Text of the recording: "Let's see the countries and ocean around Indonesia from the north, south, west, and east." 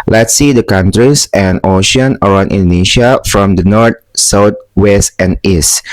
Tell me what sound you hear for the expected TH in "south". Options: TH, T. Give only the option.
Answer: T